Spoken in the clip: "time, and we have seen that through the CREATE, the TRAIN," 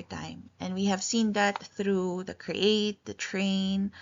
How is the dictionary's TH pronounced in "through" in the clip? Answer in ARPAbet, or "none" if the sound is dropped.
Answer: TH